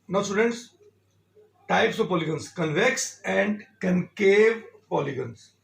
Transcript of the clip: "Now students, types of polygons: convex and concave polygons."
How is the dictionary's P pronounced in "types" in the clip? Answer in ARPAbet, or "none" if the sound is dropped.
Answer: P